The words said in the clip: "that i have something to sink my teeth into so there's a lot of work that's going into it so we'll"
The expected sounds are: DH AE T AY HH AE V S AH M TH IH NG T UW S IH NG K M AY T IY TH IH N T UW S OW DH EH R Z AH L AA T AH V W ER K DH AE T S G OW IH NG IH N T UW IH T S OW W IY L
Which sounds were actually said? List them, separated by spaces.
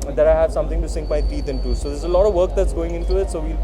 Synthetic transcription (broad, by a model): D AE T AY HH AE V S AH M T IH NG T UW S IH NG K M AY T IY T IH N T UW S OW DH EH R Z AH L AA T AH V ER K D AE T S G OW IH NG IH N T UW IH T S OW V IY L